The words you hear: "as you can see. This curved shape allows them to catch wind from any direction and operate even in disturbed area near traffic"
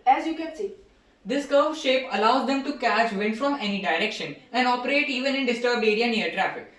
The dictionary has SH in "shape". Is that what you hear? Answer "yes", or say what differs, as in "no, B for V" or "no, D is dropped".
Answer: yes